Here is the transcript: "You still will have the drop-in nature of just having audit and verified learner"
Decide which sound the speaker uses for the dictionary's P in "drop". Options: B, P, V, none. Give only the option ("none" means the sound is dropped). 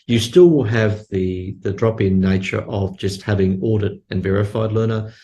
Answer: P